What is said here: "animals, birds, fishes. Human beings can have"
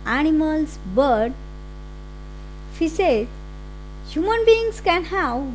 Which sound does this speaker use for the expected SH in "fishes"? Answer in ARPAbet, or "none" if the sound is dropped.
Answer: S